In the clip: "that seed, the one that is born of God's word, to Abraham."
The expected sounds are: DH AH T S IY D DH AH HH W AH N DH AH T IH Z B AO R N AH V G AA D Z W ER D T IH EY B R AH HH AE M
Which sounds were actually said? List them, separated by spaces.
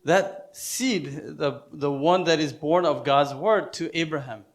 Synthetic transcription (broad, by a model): DH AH T S IY D DH AH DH W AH N DH AH T IH Z B AO R N AH V G AA D Z W ER D T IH EY B R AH HH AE M